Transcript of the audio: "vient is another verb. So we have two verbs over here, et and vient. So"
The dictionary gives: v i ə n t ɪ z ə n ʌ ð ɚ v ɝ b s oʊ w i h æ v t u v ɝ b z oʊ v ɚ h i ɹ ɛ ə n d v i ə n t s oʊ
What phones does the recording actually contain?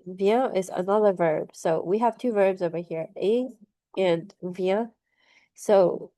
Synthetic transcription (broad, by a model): v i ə t ɪ z ə n ʌ ð ɚ v ɝ b s oʊ w i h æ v t u v ɝ b z oʊ v ɚ h i ɹ ɛ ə n v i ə s oʊ